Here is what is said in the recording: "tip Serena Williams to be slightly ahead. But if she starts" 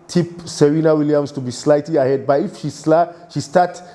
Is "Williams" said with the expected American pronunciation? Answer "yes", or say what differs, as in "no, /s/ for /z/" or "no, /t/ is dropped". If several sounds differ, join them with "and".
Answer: no, /s/ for /z/